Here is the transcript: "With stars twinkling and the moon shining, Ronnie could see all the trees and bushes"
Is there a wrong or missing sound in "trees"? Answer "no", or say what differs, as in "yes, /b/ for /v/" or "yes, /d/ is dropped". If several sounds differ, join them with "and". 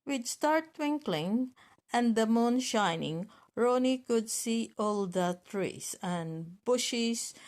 yes, /s/ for /z/